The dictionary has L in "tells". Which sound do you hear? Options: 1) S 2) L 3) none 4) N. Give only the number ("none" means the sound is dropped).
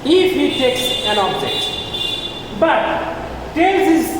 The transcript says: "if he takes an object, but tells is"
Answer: 3